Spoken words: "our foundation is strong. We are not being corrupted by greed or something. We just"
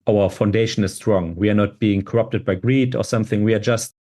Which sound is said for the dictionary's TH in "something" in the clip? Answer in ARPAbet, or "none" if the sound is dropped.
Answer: TH